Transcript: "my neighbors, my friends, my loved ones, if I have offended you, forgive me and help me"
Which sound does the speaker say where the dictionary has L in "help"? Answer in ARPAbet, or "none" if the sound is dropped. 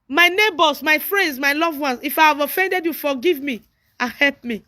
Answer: L